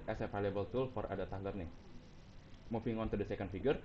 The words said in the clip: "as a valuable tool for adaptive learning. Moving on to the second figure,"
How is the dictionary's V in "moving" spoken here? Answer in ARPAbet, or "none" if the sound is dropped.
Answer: F